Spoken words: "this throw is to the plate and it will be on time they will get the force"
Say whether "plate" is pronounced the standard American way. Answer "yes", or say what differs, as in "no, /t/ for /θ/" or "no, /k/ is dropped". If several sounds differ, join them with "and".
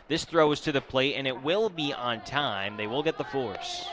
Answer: yes